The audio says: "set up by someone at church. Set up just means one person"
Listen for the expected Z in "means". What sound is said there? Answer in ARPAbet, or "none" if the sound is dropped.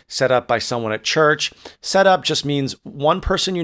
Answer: Z